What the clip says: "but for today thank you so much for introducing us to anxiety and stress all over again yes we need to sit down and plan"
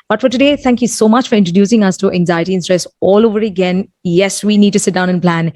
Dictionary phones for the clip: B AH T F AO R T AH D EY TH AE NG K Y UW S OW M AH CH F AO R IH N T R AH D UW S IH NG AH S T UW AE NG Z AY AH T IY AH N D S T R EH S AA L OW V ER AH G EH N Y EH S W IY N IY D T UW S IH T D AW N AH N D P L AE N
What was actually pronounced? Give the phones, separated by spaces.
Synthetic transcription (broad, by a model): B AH T F AO R T AH D EY T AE NG K Y UW S OW M AH CH F AO R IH N T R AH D UW S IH NG AH S T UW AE NG Z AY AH T IY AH N S T R EH S AA L OW V ER AH G EH N Y EH S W IY N IY D T UW S IH T D AW N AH N P L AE N